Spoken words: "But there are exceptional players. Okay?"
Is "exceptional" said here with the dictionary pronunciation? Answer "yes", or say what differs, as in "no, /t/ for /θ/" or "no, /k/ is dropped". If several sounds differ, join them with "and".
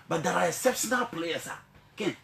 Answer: no, /k/ is dropped